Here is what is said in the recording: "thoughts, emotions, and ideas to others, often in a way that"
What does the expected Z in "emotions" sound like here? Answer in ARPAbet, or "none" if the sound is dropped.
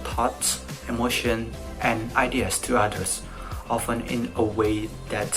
none